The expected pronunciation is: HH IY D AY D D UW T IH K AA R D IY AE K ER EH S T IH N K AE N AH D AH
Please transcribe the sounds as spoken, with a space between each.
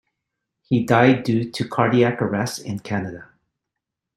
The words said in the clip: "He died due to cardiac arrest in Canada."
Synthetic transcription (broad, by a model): HH IY D AY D D UW T IH K AA R D IY AE K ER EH S IH N K AE N AH D AH